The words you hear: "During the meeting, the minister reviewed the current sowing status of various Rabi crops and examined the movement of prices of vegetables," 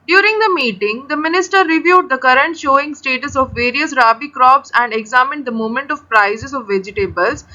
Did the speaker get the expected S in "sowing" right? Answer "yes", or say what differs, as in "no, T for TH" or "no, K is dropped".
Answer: no, SH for S